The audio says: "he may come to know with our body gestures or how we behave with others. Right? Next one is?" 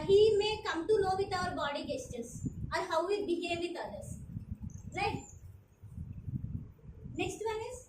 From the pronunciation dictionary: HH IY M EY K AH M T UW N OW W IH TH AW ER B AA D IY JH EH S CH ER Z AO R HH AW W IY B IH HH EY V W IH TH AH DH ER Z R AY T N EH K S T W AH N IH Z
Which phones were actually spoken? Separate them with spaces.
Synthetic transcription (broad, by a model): HH IY M EY K AH M T UW L OW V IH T AW ER B AA D IY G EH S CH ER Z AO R HH AW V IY B IH HH EY V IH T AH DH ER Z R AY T N EH K S T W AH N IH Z